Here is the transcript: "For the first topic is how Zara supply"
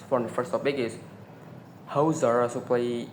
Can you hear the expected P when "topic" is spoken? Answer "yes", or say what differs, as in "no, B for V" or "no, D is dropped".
no, B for P